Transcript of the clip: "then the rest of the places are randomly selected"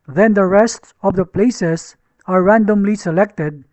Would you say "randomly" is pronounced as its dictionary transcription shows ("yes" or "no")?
yes